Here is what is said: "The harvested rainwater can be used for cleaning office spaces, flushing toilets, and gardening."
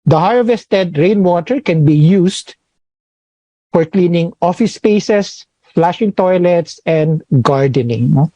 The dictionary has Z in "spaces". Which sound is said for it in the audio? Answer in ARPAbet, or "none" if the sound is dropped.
S